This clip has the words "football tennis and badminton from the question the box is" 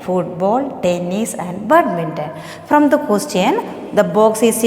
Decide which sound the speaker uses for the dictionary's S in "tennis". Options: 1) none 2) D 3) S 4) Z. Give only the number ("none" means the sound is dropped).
3